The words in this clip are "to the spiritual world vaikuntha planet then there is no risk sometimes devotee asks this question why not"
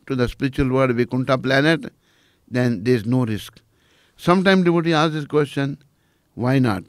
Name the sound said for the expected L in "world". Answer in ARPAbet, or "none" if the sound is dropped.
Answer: none